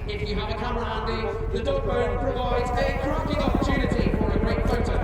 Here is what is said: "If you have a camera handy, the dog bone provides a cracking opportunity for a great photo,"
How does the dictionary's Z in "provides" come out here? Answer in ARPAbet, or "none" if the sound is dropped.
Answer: Z